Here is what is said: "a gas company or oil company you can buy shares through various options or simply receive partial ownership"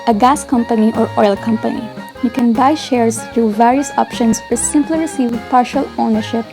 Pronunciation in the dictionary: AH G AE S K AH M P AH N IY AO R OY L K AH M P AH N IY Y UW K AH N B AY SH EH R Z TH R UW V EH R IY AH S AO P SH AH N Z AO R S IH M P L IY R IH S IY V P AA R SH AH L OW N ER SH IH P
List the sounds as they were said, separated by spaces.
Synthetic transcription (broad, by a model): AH G AE S K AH M P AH N IY AO R OY L K AH M P AH N IY Y UW K AH N B AY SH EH R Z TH R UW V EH R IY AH S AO P SH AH N S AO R S IH M P L IY R IH S IY V P AA R SH AH L OW N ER SH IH P